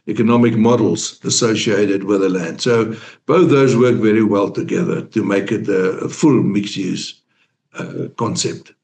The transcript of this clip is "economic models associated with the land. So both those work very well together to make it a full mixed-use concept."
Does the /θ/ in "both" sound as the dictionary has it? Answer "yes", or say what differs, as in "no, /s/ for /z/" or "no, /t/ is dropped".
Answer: yes